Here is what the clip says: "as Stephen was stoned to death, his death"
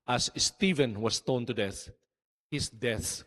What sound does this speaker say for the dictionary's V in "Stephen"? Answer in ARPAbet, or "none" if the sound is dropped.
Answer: V